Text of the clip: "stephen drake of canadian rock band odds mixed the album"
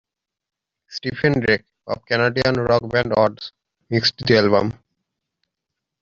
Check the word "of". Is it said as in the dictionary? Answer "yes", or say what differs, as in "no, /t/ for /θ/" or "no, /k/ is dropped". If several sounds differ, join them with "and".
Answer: no, /b/ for /v/